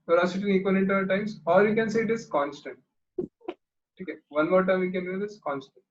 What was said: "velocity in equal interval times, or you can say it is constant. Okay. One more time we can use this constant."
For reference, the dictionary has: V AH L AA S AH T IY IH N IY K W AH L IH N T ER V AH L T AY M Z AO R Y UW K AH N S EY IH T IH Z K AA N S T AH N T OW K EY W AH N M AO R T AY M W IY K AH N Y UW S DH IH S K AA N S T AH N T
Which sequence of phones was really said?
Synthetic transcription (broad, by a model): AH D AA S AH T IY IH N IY K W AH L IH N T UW AH T AY M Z AO R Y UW K AH N S EY IH T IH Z K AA N S T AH N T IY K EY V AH N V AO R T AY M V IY K AH N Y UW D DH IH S K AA N S T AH N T